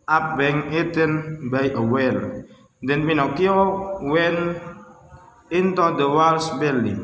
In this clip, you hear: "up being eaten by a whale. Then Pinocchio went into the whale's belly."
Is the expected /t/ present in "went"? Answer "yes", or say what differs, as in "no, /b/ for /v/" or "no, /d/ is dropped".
no, /t/ is dropped